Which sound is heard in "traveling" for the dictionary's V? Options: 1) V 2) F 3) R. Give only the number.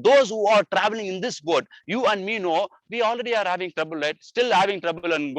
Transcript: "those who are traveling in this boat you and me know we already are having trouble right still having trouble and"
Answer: 1